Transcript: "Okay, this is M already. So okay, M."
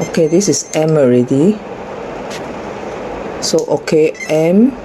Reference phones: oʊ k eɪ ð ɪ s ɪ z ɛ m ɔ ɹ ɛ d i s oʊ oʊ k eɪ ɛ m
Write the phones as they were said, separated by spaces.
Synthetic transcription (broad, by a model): oʊ k eɪ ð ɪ s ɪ s ɛ m ɔ ɹ ɛ d i s oʊ oʊ k eɪ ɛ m